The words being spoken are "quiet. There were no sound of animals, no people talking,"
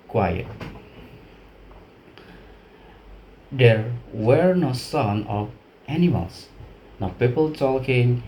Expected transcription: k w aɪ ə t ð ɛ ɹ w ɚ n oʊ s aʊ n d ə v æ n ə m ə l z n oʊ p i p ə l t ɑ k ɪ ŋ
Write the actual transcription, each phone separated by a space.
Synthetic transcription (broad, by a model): k w aɪ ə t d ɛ ɹ w ɚ n oʊ s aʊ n ə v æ n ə m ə l s n oʊ p i p ə l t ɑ k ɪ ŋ